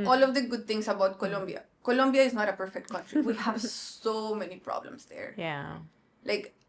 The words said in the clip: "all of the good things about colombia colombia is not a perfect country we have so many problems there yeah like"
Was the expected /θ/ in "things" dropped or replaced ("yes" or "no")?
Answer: yes